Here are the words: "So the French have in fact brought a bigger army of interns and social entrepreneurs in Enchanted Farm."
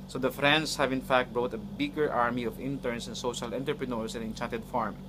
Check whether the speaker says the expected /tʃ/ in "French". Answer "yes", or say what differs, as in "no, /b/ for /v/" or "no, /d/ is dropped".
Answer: no, /s/ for /tʃ/